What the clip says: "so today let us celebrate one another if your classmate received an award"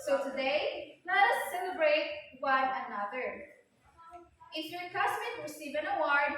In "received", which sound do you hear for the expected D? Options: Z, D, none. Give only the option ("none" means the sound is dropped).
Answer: none